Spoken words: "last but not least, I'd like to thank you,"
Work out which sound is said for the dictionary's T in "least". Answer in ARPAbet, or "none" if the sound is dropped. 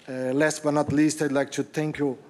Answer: T